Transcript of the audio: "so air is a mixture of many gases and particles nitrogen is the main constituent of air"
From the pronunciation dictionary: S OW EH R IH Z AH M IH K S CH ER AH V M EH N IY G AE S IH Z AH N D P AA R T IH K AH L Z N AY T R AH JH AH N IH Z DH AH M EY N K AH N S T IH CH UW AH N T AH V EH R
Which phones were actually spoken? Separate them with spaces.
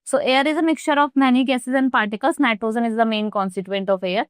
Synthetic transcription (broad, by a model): S OW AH R IH Z AH M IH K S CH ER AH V M EH N IY G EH S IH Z AH N D P AA R T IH K AH L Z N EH T AH Z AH N IH Z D AH M EY N K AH N S T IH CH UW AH N T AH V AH R